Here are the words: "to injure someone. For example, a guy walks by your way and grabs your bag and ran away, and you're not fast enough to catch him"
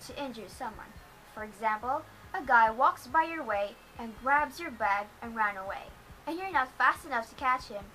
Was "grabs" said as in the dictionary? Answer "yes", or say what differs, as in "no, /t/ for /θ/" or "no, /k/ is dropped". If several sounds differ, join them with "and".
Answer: yes